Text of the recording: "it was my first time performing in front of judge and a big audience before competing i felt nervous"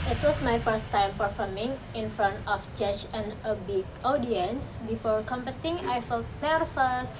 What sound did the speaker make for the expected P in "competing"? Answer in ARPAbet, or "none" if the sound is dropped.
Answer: B